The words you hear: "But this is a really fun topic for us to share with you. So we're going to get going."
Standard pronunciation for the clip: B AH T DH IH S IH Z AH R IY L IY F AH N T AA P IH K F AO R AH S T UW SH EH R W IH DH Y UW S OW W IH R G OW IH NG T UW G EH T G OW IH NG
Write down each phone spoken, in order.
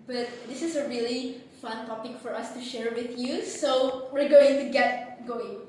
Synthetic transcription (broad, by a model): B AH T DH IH S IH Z AH R IY L IY F AH N T AA P IH K F AO R AH S T UW SH EH R W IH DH Y UW S OW W IH R G OW IH NG T UW G EH T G OW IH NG